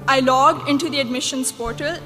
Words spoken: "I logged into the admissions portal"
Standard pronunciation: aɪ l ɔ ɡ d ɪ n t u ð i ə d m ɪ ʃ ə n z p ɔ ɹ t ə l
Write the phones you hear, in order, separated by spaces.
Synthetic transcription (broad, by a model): aɪ l ɔ ɡ ɪ n t u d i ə d m ɪ ʃ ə n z p ɔ ɹ t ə l